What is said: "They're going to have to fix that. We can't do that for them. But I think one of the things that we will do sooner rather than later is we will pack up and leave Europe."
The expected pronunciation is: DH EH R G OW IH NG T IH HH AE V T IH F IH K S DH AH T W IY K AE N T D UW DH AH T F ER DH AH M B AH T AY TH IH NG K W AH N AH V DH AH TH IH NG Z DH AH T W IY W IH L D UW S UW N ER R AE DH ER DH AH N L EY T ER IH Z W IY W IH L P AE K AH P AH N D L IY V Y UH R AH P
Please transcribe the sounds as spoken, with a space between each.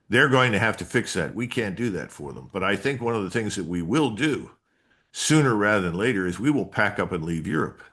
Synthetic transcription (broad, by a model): DH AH R G OW IH NG T IH HH AE F T IH F IH K S DH AH T W IY K AE N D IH DH AH T F ER DH AH M B AH T AY TH IH NG K W AH N AH V DH AH TH IH NG Z DH AH T W IY W IH L D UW S UW N ER R AE DH ER DH AH N L EY T ER IH Z W IY W IH L P AE K AH P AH N L IY V Y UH R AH P